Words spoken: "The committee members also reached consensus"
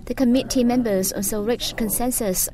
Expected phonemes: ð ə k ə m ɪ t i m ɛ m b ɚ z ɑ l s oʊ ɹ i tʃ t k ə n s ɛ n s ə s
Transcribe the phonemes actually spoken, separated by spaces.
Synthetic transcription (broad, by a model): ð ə k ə m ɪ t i m ɛ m b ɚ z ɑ n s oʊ ɹ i tʃ k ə n s ɛ n s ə s